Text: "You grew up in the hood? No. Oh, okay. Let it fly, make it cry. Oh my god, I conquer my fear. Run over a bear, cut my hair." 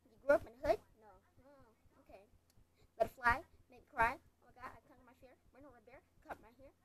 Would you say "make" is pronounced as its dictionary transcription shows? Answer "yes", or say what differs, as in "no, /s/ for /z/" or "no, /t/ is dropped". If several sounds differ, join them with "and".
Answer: no, /k/ is dropped